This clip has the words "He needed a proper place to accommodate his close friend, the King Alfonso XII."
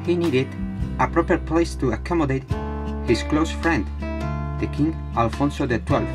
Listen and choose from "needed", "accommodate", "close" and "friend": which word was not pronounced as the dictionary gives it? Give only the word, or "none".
none